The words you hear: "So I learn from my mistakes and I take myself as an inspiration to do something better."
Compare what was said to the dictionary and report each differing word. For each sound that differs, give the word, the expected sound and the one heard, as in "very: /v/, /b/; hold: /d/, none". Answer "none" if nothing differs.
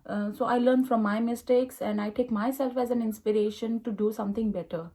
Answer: something: /θ/, /t/